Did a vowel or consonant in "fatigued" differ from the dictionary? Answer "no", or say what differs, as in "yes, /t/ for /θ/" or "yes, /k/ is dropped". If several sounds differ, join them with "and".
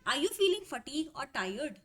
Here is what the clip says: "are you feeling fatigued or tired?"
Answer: yes, /d/ is dropped